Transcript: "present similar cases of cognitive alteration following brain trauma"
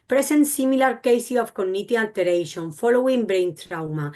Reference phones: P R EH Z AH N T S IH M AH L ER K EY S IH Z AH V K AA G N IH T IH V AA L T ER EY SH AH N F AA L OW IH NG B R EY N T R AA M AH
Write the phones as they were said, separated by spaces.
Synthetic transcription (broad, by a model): P R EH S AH N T S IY M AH L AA K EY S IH AH F K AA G N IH T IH AA L T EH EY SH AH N F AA L OW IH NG B R EY N T R AA M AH